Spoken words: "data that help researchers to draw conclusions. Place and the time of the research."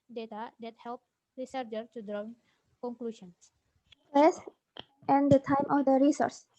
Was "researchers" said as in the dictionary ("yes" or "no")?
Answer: no